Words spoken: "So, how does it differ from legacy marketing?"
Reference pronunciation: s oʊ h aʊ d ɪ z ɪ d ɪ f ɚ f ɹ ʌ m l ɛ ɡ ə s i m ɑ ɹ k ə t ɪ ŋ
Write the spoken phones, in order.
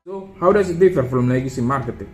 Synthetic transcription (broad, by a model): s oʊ h aʊ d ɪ s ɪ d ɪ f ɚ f l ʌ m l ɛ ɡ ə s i m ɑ ɹ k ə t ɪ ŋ